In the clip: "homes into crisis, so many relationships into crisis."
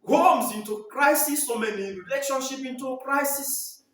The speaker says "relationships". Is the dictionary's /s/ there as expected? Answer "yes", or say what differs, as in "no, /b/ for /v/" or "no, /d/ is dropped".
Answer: no, /s/ is dropped